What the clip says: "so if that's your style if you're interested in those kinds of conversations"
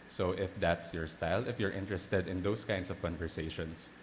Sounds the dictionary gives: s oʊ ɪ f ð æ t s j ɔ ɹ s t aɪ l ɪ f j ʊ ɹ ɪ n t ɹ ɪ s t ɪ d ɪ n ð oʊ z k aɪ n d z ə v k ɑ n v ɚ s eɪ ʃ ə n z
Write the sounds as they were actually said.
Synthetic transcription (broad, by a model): s oʊ ɪ f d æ t s j ɔ ɹ s t aɪ l ɪ f j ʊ ɹ ɪ n t ɹ ɪ s t ɪ d ɪ n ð oʊ s k aɪ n d s ə v k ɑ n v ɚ s eɪ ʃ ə n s